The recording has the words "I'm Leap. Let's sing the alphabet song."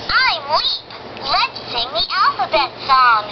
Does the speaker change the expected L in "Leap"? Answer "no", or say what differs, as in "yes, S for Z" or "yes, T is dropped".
yes, W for L